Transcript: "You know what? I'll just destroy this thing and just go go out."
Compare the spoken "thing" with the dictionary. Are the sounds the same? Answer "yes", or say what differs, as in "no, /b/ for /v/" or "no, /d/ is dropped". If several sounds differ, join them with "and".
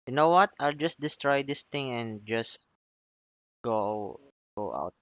no, /t/ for /θ/